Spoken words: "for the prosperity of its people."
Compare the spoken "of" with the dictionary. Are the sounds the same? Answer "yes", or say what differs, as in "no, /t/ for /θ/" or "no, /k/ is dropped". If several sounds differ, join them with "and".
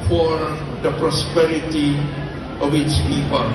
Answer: no, /w/ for /v/